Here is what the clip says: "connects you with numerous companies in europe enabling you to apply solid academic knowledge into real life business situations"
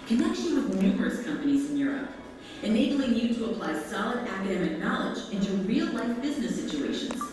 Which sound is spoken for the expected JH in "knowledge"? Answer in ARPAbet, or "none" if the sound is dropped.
JH